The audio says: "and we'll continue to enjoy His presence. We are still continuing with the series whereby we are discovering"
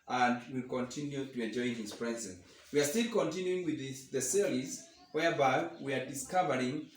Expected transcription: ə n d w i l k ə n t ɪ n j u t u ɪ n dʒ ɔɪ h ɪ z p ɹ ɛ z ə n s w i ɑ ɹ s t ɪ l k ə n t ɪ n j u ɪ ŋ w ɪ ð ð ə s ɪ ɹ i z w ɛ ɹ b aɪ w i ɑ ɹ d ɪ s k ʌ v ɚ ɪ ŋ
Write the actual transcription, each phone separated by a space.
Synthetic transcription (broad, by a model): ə n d w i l k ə n t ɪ n j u t u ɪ n dʒ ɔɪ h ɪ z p ɹ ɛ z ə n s w i ɑ ɹ s t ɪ l k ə n t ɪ n j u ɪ ŋ w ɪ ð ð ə s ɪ l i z w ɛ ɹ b aɪ w i ɑ ɹ d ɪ s k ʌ v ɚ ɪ ŋ